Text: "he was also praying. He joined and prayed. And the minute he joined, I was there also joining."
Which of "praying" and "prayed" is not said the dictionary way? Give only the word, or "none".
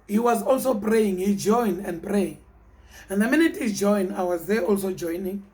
prayed